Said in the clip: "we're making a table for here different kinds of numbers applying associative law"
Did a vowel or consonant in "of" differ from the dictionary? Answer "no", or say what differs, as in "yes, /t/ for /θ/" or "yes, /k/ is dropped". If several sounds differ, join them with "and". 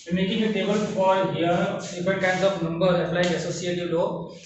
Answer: yes, /p/ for /v/